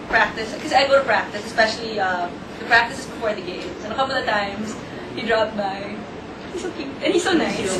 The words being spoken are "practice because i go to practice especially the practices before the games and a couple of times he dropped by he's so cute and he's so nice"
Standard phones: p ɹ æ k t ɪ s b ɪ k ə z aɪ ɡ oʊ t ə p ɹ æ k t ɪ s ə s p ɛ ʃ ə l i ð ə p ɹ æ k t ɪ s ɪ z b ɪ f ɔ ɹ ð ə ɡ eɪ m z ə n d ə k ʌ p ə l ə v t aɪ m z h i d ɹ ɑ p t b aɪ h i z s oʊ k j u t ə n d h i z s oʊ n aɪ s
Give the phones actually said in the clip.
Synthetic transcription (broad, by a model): p ɹ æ k t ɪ s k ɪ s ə aɪ ɡ oʊ t ə p ɹ æ k t ɪ s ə s p ɛ ʃ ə l i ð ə p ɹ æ k t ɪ s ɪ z b ɪ f ɔ ɹ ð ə ɡ eɪ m s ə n ə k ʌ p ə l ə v t aɪ m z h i d ɹ ɑ p t b aɪ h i s oʊ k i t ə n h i s oʊ n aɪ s